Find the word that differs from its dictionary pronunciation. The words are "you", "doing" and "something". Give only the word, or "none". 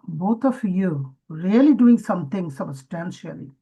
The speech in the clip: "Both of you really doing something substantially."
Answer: something